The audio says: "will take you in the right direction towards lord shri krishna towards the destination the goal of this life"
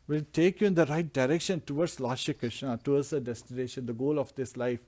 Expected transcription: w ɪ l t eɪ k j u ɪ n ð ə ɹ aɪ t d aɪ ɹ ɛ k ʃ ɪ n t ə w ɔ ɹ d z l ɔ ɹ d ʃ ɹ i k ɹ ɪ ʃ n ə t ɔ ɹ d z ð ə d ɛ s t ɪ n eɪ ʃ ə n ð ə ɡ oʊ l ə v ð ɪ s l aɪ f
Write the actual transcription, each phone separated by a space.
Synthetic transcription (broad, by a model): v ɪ l t eɪ k j u ɪ n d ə ɹ aɪ t d aɪ ɹ ɛ k ʃ ɪ n t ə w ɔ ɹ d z l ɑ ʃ i k ɹ ɪ ʃ n ə t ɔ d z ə d ɛ s t ɪ n eɪ ʃ ə n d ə ɡ oʊ l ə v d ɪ s l aɪ f